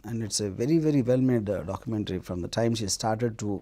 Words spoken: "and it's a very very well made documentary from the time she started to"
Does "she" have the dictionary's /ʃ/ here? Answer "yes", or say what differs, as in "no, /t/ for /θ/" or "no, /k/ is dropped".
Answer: yes